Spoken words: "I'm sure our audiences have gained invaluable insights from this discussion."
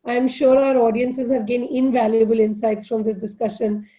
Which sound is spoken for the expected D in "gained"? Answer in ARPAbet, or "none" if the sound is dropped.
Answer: none